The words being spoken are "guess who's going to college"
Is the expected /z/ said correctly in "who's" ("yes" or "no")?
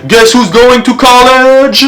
yes